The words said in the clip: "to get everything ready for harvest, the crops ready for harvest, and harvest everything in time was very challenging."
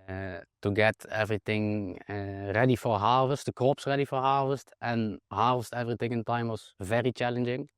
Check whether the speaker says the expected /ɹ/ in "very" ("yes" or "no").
yes